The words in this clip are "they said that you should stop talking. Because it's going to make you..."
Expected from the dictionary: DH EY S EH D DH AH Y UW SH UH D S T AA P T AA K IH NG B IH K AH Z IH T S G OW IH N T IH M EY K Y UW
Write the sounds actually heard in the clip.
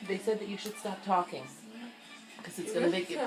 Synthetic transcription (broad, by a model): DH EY S EH D DH AH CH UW SH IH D S T AA P T AA K IH NG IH K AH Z IH T S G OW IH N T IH M EY K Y